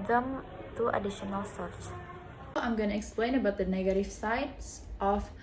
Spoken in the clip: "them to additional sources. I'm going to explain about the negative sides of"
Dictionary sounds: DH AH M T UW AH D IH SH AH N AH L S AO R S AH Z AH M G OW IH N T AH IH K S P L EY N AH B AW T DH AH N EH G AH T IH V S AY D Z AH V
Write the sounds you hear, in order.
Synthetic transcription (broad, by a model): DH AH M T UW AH D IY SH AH N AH L S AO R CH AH AH M G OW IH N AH IH K S P L EY N AH B AW T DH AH N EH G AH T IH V S AY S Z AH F